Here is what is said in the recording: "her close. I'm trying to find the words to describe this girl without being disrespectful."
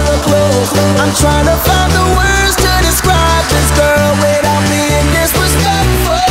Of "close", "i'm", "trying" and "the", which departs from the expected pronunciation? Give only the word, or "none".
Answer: close